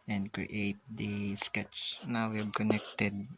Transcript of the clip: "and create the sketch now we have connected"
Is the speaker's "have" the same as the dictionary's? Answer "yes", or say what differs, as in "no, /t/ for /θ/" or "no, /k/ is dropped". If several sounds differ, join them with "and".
no, /b/ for /v/